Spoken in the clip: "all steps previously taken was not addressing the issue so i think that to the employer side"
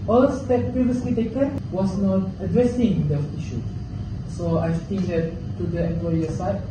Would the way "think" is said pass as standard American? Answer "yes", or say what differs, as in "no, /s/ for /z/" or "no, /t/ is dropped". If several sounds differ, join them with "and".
no, /t/ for /θ/